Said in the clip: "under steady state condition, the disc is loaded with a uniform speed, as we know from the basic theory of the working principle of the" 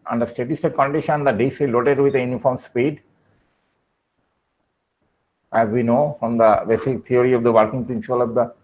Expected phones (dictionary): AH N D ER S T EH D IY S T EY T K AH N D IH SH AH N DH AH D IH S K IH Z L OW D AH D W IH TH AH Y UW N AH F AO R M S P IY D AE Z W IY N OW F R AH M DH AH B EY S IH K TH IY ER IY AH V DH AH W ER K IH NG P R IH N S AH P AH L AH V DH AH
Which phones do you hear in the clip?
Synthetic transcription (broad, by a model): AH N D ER S T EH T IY S T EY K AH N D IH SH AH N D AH D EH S IH L OW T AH D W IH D AH Y UW N AH F AO R M S P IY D AE Z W IY N OW F R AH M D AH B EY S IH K T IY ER IY AH V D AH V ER K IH NG P R IH N S AH P AH L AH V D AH